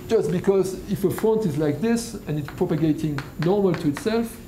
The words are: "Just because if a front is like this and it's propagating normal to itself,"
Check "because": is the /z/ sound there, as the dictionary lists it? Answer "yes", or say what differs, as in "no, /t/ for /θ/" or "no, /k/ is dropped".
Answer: yes